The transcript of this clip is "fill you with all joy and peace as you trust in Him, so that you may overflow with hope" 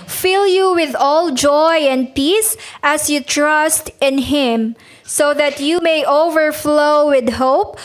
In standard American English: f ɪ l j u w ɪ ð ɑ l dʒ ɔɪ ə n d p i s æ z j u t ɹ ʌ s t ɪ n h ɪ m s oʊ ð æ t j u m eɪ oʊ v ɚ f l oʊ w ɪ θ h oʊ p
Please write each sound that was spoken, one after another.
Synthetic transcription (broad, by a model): f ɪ l j u w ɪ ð ɑ l dʒ ɔɪ ə n d p i s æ s j u t ɹ ʌ s t ɪ n h ɪ m s oʊ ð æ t j u m eɪ oʊ v ɚ f l oʊ w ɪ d h oʊ p